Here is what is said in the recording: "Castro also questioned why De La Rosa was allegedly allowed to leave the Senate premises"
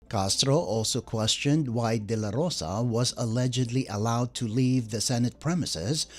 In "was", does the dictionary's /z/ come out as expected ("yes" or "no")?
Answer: yes